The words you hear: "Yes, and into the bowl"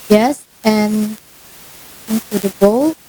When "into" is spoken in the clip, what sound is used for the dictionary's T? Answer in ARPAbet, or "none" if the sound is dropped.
S